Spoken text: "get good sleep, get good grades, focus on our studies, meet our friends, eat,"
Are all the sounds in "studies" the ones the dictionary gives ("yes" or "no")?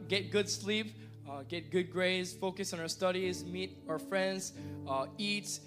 yes